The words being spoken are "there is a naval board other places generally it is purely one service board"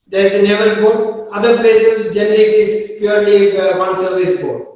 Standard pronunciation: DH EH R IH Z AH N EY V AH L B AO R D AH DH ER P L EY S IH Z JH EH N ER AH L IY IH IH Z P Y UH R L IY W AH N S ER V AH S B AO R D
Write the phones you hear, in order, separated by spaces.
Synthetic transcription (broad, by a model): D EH R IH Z AH N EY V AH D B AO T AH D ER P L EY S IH JH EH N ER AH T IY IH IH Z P Y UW R L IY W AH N S ER V AH S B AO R